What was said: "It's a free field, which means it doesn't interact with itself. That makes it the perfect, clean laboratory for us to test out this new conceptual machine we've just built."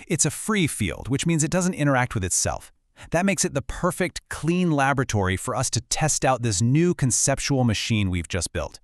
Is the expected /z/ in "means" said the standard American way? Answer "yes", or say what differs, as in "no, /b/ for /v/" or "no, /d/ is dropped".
yes